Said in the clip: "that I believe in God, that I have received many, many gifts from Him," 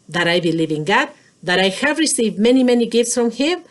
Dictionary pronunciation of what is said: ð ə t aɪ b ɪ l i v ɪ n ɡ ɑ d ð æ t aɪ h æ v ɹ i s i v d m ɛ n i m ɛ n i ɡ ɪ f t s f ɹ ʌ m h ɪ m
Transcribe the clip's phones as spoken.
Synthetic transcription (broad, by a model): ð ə t aɪ b ɪ l i v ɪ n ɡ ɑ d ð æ t aɪ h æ v ɹ i s i v d m ɛ n i m ɛ n i ɡ ɪ f t s f ɹ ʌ m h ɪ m